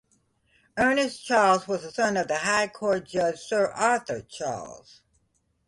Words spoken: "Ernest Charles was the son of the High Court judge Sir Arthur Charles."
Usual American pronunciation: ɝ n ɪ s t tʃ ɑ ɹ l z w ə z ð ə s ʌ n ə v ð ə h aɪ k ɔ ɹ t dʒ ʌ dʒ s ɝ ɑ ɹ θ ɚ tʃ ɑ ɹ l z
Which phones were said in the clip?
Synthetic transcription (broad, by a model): ɝ n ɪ s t tʃ ɑ ɹ l z w ə z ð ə s ʌ n ə v ð ə h aɪ k ɔ ɹ t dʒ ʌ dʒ s ɝ ɑ ɹ θ ɚ tʃ ɑ ɹ l z